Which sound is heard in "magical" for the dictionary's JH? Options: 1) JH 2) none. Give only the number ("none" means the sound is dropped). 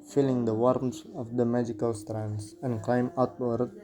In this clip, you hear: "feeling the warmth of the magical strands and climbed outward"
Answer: 1